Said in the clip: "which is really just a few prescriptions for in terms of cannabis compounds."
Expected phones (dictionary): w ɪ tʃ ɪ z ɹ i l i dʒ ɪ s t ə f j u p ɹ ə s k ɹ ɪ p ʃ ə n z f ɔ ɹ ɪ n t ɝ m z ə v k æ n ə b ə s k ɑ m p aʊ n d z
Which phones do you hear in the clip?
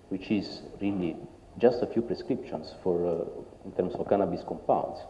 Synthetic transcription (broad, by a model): w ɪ tʃ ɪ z ɹ i l i dʒ ɪ s t ə f j u p ɹ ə s k ɹ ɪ p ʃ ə n s f ɔ ɹ ɪ n t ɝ m s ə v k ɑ n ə b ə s k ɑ m p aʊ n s